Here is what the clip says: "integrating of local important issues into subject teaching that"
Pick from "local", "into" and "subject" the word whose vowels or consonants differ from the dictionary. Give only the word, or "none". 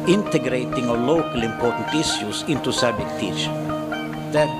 subject